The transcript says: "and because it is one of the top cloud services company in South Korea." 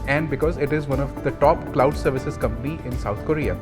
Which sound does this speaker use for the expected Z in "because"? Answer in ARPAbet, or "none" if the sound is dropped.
Z